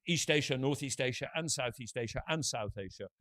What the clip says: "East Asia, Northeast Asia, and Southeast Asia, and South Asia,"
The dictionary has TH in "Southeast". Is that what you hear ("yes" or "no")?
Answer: yes